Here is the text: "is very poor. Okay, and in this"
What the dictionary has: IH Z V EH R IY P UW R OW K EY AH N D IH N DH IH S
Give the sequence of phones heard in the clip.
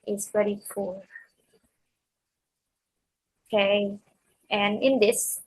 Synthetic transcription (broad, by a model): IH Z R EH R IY F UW L OW K EY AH N IH N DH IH S